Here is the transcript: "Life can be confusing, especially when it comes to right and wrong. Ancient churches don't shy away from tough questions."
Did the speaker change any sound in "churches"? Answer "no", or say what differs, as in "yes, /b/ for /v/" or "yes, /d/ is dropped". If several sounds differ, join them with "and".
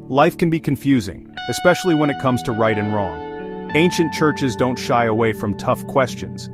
no